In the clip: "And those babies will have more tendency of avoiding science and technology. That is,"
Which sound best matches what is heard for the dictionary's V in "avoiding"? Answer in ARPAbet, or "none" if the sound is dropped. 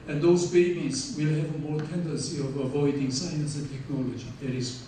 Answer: V